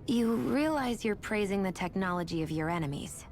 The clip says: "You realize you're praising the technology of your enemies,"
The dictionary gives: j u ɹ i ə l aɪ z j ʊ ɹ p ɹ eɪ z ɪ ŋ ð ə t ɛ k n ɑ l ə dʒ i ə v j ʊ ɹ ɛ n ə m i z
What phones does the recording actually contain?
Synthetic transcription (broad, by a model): j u ɹ i ə l aɪ z j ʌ ɹ p ɹ eɪ z ɪ ŋ ð ə t ɛ k n ɑ l ə dʒ i ə v j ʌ ɹ ɛ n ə m i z